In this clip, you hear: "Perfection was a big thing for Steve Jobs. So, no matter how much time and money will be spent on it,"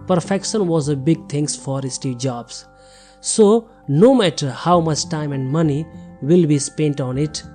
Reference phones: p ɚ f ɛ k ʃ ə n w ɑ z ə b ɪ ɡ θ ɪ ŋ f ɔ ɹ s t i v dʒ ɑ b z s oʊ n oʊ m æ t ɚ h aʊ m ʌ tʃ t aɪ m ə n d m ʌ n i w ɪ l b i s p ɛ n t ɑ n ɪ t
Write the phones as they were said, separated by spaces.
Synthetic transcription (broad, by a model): p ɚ f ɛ k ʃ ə n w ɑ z ə b ɪ ɡ t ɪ ŋ f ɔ ɹ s t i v dʒ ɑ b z s oʊ n oʊ m æ t ɚ h aʊ m ʌ tʃ t aɪ m ə n d m ʌ n i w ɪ l b i s p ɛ n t ɑ n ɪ t